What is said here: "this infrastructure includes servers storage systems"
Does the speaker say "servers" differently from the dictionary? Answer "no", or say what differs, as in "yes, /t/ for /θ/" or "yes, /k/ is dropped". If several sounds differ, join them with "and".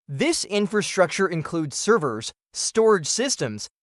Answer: no